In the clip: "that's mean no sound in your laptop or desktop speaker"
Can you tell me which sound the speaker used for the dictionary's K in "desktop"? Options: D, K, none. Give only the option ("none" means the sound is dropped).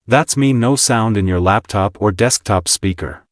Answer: K